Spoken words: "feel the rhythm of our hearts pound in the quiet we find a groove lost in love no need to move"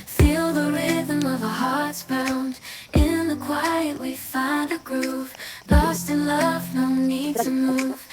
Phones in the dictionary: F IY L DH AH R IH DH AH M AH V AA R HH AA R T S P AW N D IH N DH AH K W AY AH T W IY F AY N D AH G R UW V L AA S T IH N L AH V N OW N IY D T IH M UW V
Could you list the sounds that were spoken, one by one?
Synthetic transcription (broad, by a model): F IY L DH AH R IH DH AH M AH V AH HH AA R T S B AW N D IH N DH AH K W AY AH T W IY F AY N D AH G R UW V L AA S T IH N L AH V N OW N IY D T IH M UW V